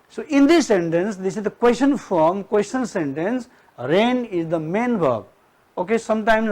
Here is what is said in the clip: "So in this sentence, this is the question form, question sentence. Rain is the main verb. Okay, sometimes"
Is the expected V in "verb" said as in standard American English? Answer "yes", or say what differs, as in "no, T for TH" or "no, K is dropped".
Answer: no, B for V